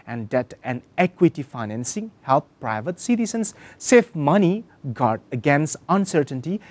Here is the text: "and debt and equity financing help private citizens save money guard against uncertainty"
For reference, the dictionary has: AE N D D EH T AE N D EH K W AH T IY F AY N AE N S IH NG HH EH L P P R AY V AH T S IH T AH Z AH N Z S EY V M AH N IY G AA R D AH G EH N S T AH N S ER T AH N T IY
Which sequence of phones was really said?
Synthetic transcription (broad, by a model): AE N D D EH T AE N EH K W AH T IY F AY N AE N S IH NG HH EH L P P R AY V AH T S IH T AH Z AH N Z S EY F M AH N IY G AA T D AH G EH N S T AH N S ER T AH N T IY